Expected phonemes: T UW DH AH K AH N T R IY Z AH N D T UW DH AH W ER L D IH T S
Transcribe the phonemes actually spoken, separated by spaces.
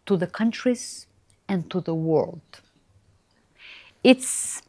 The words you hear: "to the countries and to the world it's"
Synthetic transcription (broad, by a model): T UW DH AH K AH N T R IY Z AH N T UW DH AH W ER L D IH T S